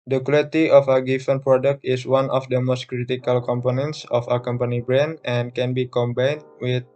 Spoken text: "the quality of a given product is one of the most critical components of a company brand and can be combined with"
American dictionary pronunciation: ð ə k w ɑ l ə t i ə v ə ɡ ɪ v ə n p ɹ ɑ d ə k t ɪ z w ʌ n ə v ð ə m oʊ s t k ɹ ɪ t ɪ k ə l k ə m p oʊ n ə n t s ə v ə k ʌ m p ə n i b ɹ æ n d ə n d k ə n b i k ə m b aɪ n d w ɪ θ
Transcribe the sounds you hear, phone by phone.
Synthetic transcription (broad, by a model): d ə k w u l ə t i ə f ə ɡ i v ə n p ɹ ɑ d ə k t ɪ s w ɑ n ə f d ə m oʊ s t k ɹ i t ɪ k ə l k ə m p oʊ n ə n t s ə f ə k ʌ m p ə n i b ɹ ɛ n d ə n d k ə n b i k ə m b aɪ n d w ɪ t